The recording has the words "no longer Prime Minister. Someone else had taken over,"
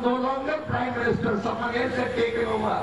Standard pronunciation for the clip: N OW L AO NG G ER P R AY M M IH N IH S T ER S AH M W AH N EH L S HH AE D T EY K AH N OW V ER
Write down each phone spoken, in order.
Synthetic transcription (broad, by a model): N OW L AO NG G ER P R AY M M IH N IH S T ER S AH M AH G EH S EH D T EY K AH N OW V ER